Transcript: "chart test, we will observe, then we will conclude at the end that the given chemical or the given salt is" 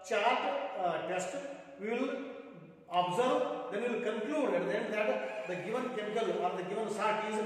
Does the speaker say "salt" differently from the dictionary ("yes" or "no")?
yes